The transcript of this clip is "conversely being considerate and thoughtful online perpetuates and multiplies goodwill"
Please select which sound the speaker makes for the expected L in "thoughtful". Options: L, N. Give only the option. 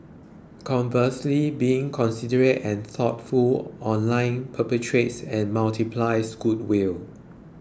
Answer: L